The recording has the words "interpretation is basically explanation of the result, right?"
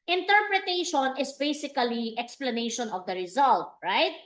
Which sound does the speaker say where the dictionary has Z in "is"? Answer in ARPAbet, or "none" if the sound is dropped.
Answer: S